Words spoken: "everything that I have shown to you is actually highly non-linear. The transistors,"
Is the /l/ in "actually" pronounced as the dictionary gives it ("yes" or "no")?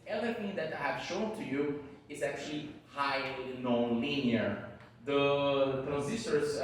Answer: yes